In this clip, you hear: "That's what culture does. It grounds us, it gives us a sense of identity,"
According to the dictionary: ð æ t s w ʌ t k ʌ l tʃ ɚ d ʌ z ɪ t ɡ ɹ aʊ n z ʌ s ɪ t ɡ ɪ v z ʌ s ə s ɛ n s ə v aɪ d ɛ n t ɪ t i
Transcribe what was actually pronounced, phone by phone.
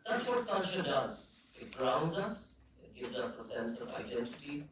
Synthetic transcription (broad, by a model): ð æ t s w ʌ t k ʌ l ʃ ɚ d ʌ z ɪ t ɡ ɹ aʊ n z ʌ s ɪ t ɡ ɪ v z ʌ s ə s ɛ n s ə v aɪ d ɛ n t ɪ t i